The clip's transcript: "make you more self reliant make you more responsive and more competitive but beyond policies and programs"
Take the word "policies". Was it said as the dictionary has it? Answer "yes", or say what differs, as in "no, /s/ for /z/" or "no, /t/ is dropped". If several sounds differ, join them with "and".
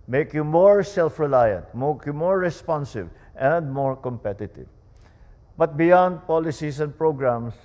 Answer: no, /s/ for /z/